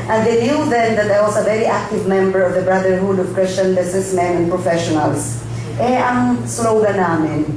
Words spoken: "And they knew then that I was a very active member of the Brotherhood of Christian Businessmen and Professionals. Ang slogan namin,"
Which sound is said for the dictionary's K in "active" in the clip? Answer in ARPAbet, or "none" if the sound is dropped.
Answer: K